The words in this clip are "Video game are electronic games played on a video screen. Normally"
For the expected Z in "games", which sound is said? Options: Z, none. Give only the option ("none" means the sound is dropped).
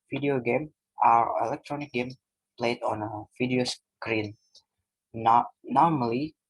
none